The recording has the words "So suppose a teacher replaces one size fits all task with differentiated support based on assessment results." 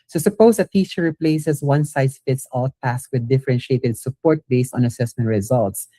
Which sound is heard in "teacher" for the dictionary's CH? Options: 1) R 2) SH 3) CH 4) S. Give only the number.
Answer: 4